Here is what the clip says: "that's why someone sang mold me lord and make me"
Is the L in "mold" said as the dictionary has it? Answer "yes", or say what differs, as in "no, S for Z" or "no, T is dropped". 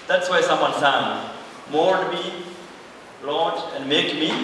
no, N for L